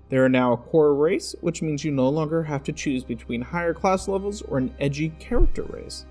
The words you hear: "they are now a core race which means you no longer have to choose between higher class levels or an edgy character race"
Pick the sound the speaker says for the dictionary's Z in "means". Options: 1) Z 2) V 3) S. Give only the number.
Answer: 1